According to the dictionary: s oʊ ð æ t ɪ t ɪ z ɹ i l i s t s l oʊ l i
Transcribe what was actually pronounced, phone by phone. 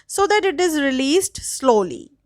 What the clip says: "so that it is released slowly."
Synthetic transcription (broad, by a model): s oʊ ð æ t ɪ t ɪ z ɹ i l i s t s l oʊ l i